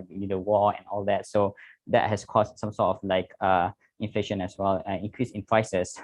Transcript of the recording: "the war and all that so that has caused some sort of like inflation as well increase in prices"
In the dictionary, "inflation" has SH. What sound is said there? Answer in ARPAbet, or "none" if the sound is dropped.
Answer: SH